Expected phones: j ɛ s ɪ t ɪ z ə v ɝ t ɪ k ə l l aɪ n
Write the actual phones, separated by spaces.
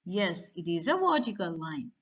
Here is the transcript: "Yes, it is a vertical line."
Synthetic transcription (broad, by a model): j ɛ s ɪ t ɪ z ə w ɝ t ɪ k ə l l aɪ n